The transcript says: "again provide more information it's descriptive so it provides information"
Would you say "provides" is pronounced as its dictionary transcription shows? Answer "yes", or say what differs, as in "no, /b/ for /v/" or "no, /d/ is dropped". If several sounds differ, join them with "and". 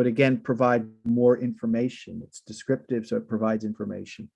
yes